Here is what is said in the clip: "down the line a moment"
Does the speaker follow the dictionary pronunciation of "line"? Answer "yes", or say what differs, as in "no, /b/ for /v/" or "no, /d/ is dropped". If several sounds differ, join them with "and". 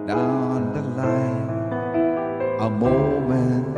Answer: no, /n/ is dropped